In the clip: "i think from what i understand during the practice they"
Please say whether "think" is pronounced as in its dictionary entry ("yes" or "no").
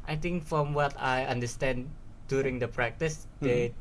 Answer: no